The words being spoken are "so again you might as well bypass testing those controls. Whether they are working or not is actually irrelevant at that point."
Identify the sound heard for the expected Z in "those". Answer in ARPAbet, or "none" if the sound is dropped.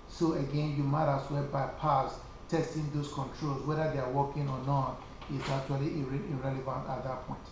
S